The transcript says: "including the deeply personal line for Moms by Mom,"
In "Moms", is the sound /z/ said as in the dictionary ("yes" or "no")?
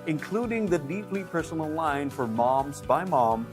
yes